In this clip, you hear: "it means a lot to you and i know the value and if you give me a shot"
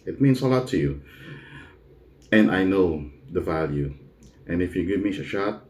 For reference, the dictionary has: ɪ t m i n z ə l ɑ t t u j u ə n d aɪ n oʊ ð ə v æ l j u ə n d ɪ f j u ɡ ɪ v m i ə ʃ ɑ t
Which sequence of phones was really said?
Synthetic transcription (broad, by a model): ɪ t m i n s ə l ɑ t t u j u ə n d aɪ n oʊ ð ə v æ l j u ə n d ɪ f j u ɡ ɪ v m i ə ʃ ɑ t